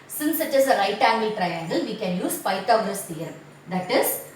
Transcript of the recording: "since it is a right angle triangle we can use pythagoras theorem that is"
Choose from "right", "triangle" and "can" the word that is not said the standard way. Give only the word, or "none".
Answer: none